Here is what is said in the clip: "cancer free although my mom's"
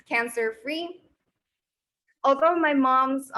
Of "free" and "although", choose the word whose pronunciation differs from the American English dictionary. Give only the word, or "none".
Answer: none